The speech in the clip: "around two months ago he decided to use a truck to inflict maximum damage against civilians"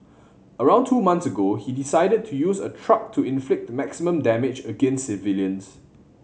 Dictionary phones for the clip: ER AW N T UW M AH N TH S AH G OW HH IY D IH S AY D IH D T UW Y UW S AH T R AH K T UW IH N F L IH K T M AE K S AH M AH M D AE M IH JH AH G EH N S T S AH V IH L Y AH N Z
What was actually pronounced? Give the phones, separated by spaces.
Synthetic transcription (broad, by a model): ER AW N T UW M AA N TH S AH G OW HH IY D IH S AY D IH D T UW Y UW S AH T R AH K T UW IH N F L IH K T M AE K S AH M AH M D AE M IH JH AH G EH N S S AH V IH L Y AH N S